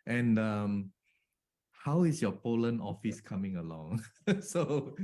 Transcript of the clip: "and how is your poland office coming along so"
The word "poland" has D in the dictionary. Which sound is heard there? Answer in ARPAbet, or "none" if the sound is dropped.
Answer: none